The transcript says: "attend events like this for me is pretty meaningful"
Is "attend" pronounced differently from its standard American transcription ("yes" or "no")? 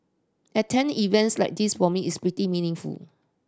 yes